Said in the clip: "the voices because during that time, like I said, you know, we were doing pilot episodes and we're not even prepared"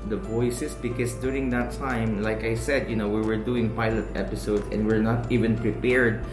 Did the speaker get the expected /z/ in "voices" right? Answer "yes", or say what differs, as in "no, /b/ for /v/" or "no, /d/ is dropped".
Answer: no, /s/ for /z/